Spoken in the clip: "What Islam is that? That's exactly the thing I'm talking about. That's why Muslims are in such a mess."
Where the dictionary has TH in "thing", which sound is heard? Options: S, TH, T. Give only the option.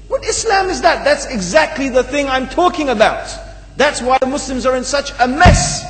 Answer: TH